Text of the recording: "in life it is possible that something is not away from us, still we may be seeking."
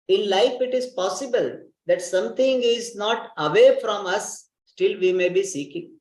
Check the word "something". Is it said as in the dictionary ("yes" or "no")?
no